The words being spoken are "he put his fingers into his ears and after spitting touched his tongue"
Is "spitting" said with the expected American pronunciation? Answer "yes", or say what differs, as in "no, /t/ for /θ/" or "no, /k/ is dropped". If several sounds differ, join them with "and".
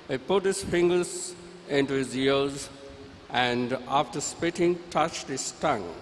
yes